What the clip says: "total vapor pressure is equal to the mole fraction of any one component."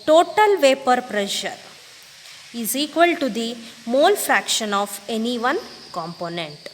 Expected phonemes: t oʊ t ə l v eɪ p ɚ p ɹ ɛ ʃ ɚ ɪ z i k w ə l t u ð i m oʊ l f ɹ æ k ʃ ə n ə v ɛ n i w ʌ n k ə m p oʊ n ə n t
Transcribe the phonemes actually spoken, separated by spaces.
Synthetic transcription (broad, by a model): t oʊ t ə l v eɪ p ɚ p ɹ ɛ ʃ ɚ ɪ z i k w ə l t u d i m oʊ l f ɹ æ k ʃ ə n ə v ɛ n i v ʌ n k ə m p oʊ n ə n t